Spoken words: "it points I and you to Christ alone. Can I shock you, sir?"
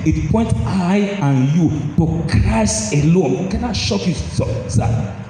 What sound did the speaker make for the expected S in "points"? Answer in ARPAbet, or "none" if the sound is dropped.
none